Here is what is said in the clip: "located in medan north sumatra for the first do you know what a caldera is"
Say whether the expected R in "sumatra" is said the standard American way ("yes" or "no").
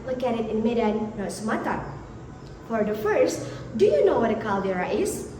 no